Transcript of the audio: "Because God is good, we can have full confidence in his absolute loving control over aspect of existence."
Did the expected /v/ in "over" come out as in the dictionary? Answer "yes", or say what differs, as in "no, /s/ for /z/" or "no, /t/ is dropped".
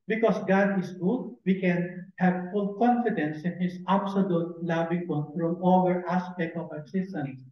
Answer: no, /v/ is dropped